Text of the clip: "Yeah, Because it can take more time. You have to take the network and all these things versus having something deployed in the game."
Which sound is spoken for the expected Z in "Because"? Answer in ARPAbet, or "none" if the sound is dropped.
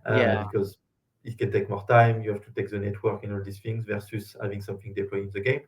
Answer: Z